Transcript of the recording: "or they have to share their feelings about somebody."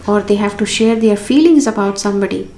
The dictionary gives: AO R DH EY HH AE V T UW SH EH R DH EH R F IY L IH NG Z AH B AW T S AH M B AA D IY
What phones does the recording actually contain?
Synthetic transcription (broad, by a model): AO R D EY HH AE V T UW SH EH R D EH R F IY L IH NG Z AH B AW T S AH M B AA D IY